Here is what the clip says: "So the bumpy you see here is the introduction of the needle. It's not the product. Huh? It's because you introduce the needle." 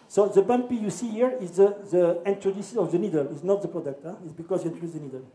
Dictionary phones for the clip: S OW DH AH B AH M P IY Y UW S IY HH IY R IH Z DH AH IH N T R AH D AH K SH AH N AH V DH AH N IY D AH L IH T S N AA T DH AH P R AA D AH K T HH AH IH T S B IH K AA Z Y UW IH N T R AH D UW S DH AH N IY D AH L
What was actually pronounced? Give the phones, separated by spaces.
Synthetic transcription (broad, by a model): S OW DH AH B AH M P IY Y UW S IY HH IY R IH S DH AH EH N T R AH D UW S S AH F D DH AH N IY D AH L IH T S N AA T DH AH P R AA D AH K T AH IH T S B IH K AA S Y UW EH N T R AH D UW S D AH N IY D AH L